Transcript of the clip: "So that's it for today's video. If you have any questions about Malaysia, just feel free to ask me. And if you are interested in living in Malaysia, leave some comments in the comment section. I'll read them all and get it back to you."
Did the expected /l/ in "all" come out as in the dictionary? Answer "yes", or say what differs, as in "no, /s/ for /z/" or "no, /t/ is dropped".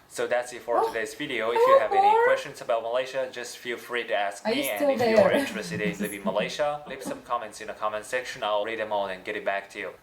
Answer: no, /n/ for /l/